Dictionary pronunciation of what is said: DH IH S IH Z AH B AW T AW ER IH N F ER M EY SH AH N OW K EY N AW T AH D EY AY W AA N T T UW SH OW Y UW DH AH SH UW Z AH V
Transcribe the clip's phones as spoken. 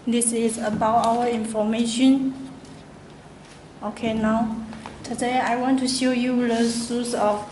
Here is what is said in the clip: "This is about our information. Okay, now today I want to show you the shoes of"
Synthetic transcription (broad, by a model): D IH S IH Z AH B AW T AW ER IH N F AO M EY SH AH N OW K EY N AW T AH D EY AY W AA N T T UW SH OW Y UW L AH S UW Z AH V